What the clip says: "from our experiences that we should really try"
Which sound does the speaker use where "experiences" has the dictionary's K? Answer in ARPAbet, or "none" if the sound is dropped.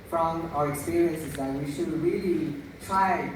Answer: K